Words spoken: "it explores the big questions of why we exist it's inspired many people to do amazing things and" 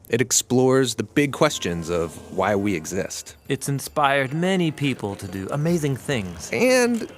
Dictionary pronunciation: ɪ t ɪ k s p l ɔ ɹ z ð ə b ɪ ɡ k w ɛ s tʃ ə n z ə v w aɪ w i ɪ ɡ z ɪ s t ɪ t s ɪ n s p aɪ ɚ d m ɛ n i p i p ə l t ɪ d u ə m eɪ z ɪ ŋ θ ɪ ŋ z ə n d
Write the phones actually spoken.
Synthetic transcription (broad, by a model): ɪ t ɪ k s p l ɔ ɹ z ð ə b ɪ ɡ k w ɛ s tʃ ə n z ə v w aɪ w i ɪ ɡ z ɪ s t ɪ t s ɪ n s p aɪ ɚ d m ɛ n i p i p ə l t ɪ d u ə m eɪ z ɪ ŋ θ ɪ ŋ z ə n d